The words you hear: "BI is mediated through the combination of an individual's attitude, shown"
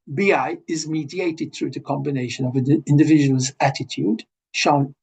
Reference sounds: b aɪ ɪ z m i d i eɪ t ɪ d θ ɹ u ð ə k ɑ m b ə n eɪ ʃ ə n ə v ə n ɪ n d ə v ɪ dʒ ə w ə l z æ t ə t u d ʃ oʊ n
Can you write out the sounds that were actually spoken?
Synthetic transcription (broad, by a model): b aɪ ɪ z m i d i eɪ t ɪ d θ ɹ u ð ə k ɑ m b ə n eɪ ʃ ə n ə v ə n ɪ n d ə v ɪ dʒ ə w ə l z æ t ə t u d ʃ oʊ n